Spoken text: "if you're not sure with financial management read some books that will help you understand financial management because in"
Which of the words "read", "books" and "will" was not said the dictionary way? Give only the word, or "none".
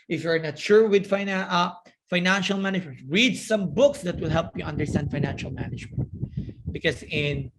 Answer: none